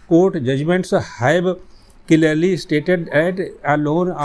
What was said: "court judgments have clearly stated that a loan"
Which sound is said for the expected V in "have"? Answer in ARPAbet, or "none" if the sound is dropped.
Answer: B